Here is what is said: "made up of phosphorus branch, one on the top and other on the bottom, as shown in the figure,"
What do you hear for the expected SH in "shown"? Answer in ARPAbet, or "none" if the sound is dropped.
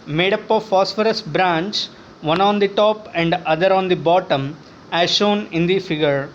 SH